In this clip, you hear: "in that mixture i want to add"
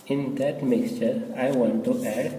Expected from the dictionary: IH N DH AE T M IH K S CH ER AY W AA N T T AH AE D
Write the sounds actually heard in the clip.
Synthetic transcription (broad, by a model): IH N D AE T M IH K S CH ER AY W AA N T T AH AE D